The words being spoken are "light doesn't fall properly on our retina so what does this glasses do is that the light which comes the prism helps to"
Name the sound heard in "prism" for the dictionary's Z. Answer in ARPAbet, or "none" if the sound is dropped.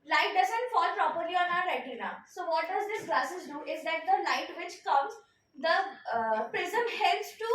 Z